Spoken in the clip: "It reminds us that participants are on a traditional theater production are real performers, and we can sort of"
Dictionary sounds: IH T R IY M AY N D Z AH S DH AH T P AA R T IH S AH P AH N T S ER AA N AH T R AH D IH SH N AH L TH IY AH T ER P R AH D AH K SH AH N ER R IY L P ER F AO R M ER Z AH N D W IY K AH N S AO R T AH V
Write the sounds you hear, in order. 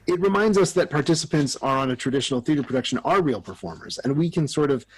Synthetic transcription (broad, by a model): IH T R IY M AY N D Z AH S DH AH T P AA R T IH S AH P AH N T S ER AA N AH T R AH D IH SH N L TH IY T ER P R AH D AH K SH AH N ER R IY L P ER F AO R M ER Z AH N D W IY K AH N S AO R T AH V